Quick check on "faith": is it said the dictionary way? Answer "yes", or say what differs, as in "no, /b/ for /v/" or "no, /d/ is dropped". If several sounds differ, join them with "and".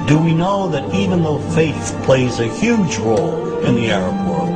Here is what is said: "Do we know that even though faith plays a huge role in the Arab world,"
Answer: yes